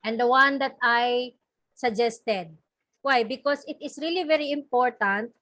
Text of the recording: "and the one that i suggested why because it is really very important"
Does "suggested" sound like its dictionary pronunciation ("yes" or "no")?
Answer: yes